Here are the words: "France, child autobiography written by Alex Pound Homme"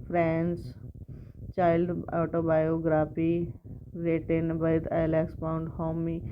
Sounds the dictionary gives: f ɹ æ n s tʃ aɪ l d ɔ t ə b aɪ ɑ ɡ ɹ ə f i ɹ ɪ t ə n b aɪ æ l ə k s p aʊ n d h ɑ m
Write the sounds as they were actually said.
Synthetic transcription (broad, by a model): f ɹ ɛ n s tʃ aɪ l d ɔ t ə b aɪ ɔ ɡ ɹ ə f i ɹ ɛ t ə n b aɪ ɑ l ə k s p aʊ n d h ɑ m